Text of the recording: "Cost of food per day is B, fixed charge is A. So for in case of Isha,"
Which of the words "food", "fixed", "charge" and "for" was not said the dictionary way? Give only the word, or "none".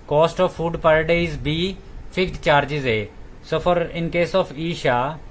fixed